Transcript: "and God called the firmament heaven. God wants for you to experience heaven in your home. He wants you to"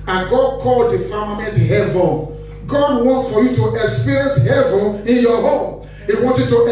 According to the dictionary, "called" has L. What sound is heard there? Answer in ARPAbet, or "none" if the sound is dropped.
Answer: L